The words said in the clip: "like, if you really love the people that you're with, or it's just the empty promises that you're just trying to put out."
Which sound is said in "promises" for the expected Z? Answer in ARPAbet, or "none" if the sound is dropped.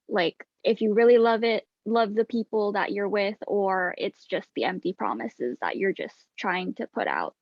Z